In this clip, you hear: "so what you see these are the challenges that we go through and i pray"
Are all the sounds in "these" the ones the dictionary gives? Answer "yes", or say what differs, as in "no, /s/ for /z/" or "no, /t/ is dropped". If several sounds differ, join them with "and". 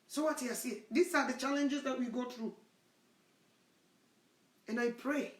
no, /s/ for /z/